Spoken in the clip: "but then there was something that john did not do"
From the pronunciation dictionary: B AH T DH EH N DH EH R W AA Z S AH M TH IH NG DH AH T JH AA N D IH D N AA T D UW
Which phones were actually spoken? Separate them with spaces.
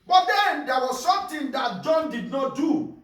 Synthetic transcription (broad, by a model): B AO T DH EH N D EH W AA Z S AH M T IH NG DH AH T JH AA N D IH D N AA T D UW